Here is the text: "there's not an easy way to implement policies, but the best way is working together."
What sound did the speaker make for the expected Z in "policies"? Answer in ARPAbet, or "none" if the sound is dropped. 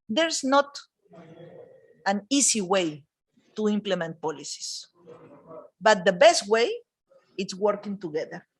S